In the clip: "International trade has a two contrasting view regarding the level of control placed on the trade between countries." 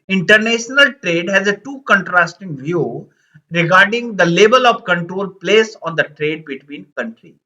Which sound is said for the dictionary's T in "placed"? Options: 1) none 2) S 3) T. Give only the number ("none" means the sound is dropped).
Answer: 1